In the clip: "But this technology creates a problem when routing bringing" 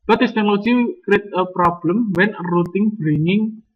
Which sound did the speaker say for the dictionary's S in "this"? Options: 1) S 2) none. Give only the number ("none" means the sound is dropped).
2